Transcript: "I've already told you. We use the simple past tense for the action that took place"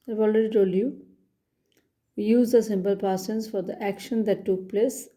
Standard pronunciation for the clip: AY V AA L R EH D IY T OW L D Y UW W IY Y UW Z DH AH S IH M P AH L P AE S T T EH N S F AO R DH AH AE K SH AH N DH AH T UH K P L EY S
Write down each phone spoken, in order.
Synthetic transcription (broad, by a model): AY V AA L R EH D IY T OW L Y UW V IY Y UW Z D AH S IH M P AH L P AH T S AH N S F AO R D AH AE K SH AH N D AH T UH K P L EY S